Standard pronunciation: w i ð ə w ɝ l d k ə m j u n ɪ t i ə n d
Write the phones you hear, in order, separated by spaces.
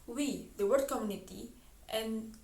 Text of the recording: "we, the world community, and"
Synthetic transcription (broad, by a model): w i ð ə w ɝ d k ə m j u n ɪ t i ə n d